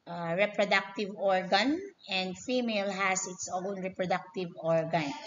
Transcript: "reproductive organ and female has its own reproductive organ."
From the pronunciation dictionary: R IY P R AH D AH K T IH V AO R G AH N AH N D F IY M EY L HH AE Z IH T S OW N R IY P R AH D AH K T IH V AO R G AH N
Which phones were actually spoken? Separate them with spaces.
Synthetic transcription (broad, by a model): R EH P R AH D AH K T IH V AO R G AH N AH N D F IY M EY L HH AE S IH T S OW N R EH P R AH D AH K T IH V AO R G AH N